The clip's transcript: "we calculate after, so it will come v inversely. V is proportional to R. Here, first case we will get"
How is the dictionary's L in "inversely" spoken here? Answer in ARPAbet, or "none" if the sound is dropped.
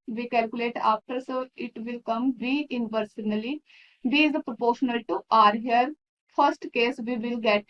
N